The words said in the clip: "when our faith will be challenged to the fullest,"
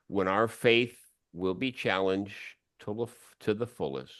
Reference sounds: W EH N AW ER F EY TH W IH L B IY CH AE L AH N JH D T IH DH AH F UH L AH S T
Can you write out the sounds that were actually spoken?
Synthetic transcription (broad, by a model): W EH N AW ER F EY TH W IH L B IY CH AE L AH N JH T T IH DH AH F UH L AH S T